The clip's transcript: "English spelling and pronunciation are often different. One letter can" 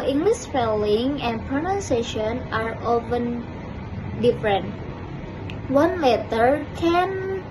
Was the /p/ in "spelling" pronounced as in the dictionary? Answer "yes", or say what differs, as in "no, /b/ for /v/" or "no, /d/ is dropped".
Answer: no, /f/ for /p/